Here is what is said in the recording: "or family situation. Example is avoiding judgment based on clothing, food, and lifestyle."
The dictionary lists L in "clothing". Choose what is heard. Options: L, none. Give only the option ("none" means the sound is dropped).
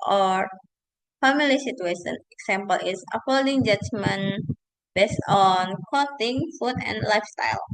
none